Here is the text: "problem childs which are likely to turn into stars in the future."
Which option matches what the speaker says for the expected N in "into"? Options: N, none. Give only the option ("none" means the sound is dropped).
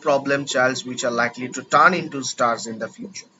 N